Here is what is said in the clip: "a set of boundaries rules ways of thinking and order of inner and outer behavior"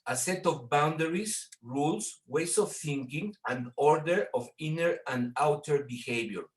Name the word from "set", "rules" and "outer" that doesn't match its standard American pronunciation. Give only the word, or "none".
rules